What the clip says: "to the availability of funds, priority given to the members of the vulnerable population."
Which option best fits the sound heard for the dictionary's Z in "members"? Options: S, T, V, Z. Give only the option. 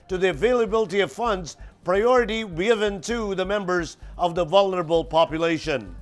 Z